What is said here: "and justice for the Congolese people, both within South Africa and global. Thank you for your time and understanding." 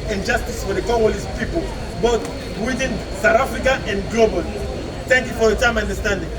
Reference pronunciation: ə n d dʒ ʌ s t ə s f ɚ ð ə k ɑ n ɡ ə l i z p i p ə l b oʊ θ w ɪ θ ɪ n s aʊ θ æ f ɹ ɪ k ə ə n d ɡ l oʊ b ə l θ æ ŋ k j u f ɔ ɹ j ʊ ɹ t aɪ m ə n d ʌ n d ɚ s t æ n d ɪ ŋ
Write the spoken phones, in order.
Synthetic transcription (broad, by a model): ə n dʒ ʌ s t ə s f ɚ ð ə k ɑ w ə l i s p i p ə l b oʊ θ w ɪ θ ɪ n s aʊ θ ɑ f ɹ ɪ k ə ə n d ɡ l oʊ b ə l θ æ ŋ k j u f ɔ ɹ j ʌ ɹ t aɪ m ə n d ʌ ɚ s t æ n d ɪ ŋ